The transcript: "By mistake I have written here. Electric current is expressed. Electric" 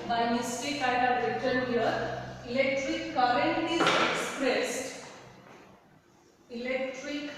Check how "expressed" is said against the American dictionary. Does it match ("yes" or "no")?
yes